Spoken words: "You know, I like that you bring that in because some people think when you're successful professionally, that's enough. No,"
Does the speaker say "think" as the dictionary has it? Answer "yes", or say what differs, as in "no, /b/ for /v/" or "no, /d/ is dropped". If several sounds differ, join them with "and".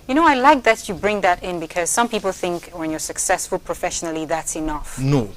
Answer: yes